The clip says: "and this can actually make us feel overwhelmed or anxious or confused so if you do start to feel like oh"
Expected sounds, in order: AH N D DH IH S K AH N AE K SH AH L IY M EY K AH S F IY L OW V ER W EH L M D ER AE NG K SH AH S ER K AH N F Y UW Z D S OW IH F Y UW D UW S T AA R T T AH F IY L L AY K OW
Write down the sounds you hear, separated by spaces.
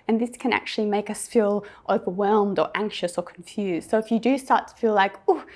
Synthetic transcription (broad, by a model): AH N DH IH S K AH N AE K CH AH L IY M EY K AH S F IY L OW V ER W EH L M D ER AE NG K SH AH S ER K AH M F Y UW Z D S OW IH F Y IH D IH S T AA R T T AH F IY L L AY K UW